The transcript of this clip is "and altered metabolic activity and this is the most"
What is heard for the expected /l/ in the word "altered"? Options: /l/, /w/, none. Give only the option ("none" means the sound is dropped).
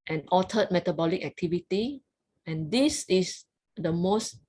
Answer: none